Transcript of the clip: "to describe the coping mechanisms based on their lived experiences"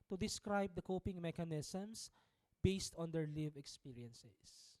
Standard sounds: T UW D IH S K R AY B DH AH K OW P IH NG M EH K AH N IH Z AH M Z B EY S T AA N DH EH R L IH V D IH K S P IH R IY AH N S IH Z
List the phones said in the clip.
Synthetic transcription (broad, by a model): T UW D IH S K R AY B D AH K OW P IH NG M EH K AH N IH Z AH M S B EY S T AA N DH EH R L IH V IH K S P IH R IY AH N S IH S